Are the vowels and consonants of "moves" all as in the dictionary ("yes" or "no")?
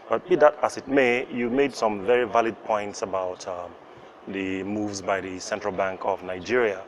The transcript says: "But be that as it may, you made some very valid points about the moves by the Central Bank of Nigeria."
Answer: yes